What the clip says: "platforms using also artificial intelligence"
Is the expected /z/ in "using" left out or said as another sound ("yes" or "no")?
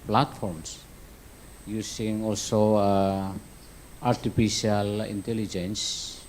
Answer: yes